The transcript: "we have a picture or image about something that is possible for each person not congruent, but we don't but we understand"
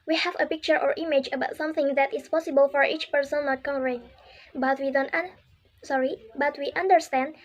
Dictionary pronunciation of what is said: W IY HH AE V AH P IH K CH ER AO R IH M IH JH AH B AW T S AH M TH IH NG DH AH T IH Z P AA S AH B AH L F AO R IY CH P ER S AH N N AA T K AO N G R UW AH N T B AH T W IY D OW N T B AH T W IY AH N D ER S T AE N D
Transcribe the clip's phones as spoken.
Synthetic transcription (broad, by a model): W IY HH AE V AH P IH K CH ER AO R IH M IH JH AH B AW T S AH M TH IH NG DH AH T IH S P AA S AH B AH L F AO R IY CH P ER S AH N N AA T K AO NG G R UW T B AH T W IY D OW N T B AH T W IY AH N D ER S T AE N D